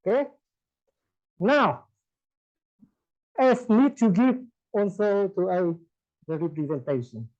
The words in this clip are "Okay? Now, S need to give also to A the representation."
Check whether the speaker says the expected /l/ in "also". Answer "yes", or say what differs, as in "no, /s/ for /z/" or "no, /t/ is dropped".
no, /n/ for /l/